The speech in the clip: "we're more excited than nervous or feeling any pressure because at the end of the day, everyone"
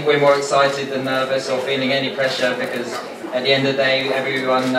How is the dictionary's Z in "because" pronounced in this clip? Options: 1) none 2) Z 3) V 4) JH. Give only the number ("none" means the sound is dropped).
2